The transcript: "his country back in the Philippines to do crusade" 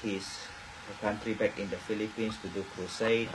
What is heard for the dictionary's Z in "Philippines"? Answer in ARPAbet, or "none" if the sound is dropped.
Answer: S